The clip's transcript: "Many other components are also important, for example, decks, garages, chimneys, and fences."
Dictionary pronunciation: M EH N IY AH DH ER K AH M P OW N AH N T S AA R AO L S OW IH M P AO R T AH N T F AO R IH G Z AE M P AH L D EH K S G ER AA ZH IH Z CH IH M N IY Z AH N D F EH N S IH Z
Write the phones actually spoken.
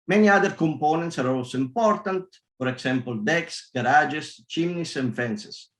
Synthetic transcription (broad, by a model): M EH N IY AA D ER K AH M P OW N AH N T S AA R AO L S IH M P AO R T AH N T P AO R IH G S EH M P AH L D EH K S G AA AA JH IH S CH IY M N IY S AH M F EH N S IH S